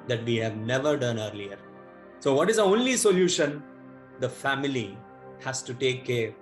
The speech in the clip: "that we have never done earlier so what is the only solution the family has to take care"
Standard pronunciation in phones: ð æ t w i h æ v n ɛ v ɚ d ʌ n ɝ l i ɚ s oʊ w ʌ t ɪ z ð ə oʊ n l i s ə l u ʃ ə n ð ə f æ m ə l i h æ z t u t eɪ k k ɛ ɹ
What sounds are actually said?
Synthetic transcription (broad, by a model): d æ t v i h æ v n ɛ v ɚ d ʌ n ɝ l i ɚ s oʊ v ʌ t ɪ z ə oʊ n l i s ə l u ʃ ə n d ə f æ m ə l i h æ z t u t eɪ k k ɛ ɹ